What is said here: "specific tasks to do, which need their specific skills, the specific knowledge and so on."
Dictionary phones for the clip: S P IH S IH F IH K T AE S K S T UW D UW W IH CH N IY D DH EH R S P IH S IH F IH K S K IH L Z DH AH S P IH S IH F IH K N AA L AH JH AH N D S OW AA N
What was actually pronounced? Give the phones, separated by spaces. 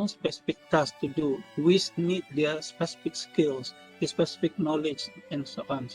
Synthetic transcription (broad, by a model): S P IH S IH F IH K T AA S S T UW D UW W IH S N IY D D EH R S P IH S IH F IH K S K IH L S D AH S P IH S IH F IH K N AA L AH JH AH N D S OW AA N